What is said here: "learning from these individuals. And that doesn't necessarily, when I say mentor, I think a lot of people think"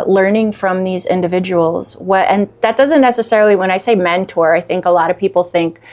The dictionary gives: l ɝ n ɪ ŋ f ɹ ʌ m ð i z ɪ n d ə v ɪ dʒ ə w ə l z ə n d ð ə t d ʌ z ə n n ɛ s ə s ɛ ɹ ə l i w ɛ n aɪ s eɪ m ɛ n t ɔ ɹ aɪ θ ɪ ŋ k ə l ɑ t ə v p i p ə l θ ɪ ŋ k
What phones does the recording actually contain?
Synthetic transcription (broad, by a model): l ɝ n ɪ ŋ f ɹ ʌ m ð i z ɪ n d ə v ɪ dʒ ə w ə l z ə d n ð ə t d ʌ z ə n n ɛ s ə s ɛ ɹ l i w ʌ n aɪ s eɪ m ɛ n t ɔ ɹ aɪ θ ɪ ŋ k ə l ɑ t ə v p i p l θ ɪ ŋ k